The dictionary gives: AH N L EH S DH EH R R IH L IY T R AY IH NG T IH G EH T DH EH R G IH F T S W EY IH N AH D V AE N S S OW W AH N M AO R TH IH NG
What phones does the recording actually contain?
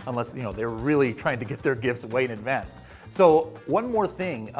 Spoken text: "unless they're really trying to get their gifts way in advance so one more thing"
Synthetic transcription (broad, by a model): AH N L EH S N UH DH R IH L IY T R AY IH NG T IH G EH T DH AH R G IH F T S W EY IH N AH D V AE N S S OW W AH N M AO R TH IH NG